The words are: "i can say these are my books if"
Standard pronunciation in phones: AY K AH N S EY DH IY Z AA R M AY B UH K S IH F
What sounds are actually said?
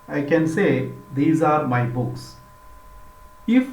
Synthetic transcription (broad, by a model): AY K AH N S EY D IY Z AA R M AY B UH K S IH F